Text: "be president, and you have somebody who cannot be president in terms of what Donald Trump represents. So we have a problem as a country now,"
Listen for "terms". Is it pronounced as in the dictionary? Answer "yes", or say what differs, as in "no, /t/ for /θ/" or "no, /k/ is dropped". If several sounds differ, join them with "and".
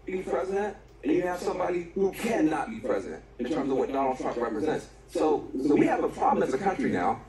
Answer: yes